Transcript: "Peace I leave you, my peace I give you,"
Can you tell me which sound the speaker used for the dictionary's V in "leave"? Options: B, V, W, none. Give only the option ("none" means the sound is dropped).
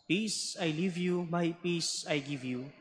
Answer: V